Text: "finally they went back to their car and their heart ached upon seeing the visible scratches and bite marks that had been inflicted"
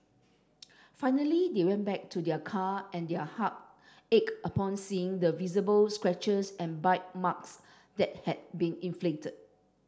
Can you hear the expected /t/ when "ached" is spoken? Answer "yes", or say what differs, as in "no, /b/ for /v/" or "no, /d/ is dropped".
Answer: no, /t/ is dropped